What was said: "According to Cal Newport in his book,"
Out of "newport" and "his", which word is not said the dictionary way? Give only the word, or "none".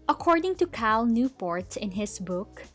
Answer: his